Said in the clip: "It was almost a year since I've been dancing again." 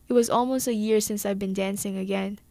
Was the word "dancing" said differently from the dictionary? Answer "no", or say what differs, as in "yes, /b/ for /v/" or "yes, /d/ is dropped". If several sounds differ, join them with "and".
no